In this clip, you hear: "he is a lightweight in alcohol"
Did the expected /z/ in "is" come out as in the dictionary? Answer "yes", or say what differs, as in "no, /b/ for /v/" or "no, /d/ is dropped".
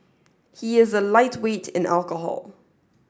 yes